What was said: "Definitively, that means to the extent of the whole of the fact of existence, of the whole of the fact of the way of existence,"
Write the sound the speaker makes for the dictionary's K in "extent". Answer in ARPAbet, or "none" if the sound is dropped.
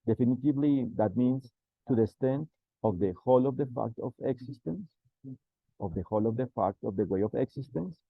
none